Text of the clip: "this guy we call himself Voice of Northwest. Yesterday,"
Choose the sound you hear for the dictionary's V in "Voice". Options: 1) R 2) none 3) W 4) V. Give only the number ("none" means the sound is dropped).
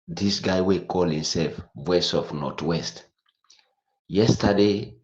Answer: 3